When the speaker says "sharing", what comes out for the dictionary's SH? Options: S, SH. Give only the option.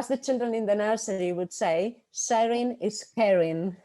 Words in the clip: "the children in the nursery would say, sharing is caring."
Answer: S